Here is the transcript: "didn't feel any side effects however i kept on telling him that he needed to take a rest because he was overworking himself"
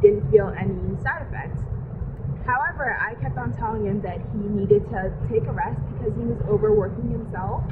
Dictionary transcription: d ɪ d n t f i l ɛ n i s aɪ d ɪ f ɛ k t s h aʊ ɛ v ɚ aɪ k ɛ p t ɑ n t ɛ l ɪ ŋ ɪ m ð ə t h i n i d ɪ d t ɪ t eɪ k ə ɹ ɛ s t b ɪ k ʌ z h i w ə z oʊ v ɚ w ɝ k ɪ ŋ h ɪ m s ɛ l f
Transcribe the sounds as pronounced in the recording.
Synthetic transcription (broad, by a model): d ɪ d n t f i l ɛ n i s aɪ d ɪ f ɛ k t s h aʊ ɛ v ɚ aɪ k ɛ p t n t ɛ l ɪ ŋ ɪ m ð ə t h i n i d ɪ d t ɪ t eɪ k ə ɹ ɛ s t b ɪ k ʌ z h i w ə z oʊ v ɚ w ɝ k ɪ ŋ h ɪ m s ɛ l f